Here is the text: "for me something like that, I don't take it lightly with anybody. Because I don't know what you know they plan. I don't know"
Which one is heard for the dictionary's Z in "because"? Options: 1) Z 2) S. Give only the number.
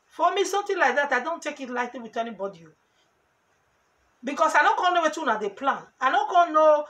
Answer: 2